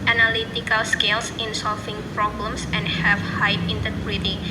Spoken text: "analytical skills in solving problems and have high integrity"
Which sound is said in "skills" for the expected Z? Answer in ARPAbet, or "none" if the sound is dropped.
S